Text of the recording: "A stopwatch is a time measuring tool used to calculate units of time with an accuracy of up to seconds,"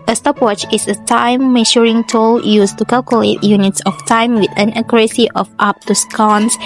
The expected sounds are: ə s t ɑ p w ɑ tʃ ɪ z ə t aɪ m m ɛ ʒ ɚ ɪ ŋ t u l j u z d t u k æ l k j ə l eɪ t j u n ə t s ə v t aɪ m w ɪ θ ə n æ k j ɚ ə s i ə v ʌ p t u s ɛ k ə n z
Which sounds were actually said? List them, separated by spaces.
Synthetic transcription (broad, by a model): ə s t ɑ p w ɑ tʃ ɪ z ə t aɪ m m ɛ ʃ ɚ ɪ ŋ t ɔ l j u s t u k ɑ l k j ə l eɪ t j u n ə t s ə f t aɪ m w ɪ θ ə n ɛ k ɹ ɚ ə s i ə f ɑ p t u s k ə n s